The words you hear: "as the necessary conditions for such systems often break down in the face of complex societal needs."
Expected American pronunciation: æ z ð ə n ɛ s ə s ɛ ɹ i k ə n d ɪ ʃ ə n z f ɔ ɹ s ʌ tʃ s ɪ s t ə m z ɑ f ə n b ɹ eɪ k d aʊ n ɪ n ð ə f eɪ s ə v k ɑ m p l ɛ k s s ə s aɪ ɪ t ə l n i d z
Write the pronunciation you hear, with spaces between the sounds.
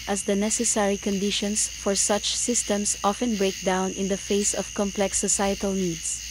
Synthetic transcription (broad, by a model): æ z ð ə n ɛ s ə s ɛ ɹ i k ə n d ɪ ʃ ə n s f ɔ ɹ s ʌ tʃ s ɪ s t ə m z ɑ f ə n b ɹ eɪ k d aʊ n ɪ n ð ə f eɪ s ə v k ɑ m p l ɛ k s s ə s aɪ ɪ t ə l n i d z